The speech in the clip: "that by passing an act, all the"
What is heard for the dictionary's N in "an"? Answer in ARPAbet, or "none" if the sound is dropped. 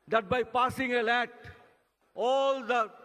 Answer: L